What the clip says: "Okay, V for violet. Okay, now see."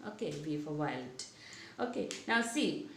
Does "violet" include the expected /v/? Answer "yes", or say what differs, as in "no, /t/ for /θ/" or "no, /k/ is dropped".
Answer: no, /w/ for /v/